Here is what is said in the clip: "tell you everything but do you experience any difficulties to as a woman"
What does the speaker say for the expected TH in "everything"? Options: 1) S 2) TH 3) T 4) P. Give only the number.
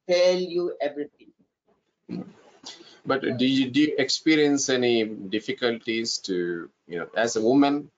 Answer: 3